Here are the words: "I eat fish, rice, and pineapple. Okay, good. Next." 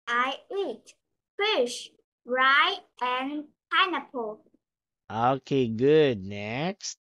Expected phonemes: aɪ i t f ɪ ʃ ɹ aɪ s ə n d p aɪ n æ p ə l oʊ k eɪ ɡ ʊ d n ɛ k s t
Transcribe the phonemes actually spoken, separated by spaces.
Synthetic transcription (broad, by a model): aɪ i t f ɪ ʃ ɹ aɪ ə n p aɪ n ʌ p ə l oʊ k eɪ ɡ ʊ d n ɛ k s t